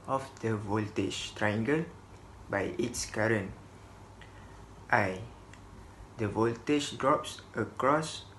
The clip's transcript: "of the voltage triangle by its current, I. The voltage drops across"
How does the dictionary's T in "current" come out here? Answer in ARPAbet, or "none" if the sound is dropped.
T